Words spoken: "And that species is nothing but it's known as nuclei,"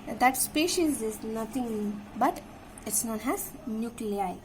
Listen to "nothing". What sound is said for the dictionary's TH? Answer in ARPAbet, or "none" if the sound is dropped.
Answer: T